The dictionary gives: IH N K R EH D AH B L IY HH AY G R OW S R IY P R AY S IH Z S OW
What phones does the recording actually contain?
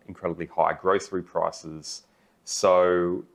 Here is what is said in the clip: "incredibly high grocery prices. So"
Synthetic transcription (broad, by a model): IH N K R EH D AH B L IY HH AY G R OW TH R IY P R AY S IH Z S OW